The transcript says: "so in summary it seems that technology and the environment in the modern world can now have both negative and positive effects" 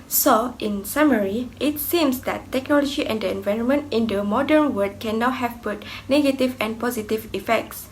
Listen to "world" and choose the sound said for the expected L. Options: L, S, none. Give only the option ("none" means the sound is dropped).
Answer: none